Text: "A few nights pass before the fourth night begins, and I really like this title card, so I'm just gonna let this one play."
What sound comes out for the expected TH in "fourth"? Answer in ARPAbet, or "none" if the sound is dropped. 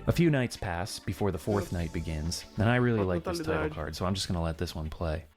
TH